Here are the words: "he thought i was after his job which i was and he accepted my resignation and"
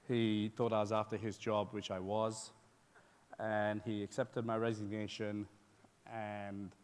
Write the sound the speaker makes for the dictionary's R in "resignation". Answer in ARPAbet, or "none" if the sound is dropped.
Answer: R